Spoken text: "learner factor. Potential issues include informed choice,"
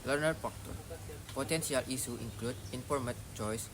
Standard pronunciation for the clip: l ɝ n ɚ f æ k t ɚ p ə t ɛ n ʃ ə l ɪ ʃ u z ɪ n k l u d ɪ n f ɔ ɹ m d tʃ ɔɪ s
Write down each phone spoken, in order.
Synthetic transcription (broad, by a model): l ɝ n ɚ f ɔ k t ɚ p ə t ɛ n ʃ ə l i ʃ u ɪ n k l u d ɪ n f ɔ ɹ m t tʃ ɔɪ s